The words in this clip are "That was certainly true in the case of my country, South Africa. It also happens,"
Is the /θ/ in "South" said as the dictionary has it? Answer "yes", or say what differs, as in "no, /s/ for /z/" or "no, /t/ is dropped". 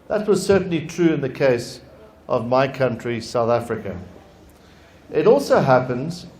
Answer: yes